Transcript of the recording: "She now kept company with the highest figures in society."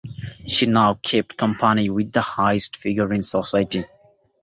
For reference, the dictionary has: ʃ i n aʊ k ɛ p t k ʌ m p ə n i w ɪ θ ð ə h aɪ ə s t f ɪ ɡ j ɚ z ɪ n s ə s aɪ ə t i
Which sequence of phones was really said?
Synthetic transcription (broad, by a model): ʃ i n aʊ k ɛ p t k ʌ m p ə n i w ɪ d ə h aɪ ə s t f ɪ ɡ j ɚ ɪ n s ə s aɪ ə t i